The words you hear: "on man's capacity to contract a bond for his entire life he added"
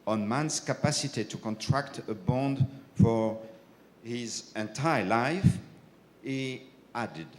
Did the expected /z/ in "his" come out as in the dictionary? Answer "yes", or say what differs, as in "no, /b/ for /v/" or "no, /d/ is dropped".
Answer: yes